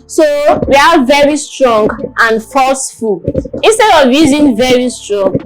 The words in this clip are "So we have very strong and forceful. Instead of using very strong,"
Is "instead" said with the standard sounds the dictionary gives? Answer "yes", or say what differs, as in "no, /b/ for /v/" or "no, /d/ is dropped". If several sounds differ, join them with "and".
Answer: yes